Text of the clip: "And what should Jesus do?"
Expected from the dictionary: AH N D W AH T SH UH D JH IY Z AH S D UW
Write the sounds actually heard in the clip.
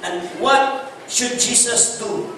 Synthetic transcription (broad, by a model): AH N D W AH T SH UH D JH IY S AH S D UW